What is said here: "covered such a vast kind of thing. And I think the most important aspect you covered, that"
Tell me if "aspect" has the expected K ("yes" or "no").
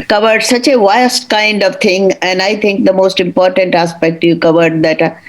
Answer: yes